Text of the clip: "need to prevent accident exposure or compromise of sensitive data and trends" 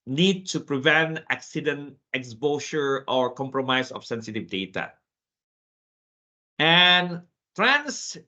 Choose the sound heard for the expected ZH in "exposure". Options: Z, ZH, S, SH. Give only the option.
S